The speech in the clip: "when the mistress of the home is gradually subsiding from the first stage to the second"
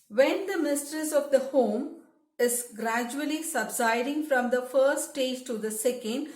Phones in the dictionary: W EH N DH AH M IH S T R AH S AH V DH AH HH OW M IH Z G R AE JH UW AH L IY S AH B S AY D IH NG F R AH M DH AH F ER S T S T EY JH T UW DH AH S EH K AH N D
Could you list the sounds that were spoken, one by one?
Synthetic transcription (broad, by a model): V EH N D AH M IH S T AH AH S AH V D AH HH OW M IH Z G R AE JH UW AH L IY S AH B S AY D IH NG F R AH M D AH F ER T S T EY JH T UW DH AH S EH K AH N D